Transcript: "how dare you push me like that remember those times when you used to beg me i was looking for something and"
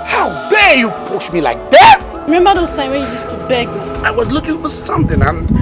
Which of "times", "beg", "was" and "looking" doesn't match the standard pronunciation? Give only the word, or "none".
times